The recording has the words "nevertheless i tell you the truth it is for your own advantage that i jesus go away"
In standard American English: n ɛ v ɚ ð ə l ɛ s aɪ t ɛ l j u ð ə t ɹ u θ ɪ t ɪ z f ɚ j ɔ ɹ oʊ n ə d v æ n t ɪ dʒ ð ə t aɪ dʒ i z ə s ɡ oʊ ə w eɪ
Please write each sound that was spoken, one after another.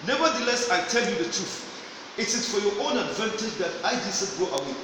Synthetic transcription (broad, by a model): n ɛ v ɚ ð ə l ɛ s aɪ t ɛ l j u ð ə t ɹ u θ ɪ t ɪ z f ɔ j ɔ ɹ oʊ n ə d v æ n t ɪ dʒ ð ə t aɪ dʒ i s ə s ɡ oʊ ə w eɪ